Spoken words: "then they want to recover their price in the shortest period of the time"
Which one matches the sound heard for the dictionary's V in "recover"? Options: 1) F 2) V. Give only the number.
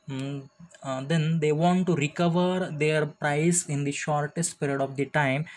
2